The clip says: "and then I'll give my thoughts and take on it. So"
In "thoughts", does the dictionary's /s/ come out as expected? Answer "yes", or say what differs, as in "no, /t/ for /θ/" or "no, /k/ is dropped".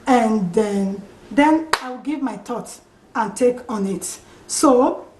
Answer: no, /s/ is dropped